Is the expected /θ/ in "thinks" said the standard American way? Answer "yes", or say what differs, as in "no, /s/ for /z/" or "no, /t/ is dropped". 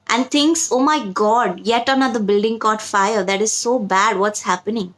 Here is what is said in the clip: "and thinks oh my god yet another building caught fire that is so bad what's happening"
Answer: no, /t/ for /θ/